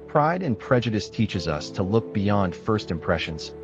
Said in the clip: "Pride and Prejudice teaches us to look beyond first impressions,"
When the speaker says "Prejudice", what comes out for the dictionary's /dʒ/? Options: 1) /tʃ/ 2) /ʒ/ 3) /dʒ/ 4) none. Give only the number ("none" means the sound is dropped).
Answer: 3